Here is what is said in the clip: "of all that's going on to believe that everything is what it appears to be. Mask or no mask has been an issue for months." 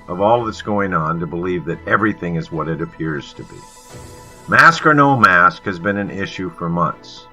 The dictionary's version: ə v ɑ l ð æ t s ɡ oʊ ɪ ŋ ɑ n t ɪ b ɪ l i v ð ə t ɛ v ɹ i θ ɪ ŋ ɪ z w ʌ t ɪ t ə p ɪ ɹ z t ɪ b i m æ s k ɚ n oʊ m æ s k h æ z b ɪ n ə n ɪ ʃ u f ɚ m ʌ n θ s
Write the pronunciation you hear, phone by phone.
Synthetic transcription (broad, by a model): ə v ɑ l ð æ t s ɡ oʊ ɪ ŋ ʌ n t ɪ b ɪ l i v ð ə t ɛ v ɹ i θ ɪ ŋ ɪ z w ʌ t ɪ t ə p ɪ ɹ z t ɪ b i m æ s k ɚ n oʊ m æ s k h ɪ z b ɪ n ə n ɪ ʃ u f ɚ m ʌ n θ s